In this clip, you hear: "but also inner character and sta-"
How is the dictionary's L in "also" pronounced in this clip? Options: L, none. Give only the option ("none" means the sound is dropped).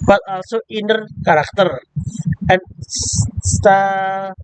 L